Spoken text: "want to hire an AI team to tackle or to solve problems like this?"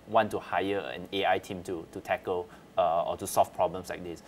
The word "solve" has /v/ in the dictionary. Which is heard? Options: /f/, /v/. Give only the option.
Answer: /f/